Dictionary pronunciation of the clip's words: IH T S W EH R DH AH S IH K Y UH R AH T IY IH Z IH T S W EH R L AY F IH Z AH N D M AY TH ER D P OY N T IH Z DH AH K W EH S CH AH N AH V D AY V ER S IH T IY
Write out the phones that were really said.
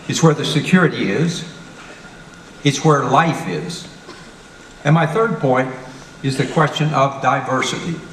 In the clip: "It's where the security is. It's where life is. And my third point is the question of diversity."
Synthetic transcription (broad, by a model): IH T S W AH R DH AH S IH K Y UH R AH T IY IH Z IH T S W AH R L AY F IH Z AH N M AY TH ER D P OY N T IH Z DH AH K W EH S CH AH N AH V D AY V ER S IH T IY